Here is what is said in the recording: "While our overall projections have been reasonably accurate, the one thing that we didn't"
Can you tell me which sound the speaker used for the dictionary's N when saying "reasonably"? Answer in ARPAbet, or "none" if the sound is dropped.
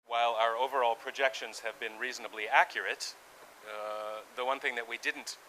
N